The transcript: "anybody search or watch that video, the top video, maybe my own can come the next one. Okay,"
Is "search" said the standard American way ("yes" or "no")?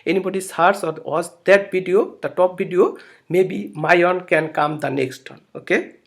no